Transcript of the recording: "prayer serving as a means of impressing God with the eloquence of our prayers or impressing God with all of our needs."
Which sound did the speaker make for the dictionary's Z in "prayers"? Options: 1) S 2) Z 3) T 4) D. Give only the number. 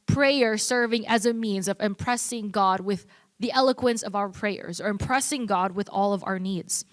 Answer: 2